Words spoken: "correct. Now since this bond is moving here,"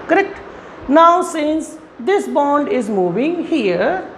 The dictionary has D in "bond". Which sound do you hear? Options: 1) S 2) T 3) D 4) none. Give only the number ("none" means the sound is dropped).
3